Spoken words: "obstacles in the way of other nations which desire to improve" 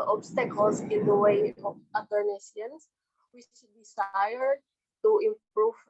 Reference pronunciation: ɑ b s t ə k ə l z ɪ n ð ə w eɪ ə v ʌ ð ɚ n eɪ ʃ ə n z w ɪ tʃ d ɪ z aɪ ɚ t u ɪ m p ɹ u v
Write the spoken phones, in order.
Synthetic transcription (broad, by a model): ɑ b s t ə k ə l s ɪ n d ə w eɪ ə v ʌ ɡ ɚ n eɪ s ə n s w ɪ tʃ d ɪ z aɪ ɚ t u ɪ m p ɹ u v